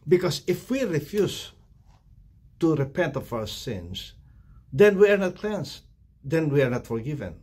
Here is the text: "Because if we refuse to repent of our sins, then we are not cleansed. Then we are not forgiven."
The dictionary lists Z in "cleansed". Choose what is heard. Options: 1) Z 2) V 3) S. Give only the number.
3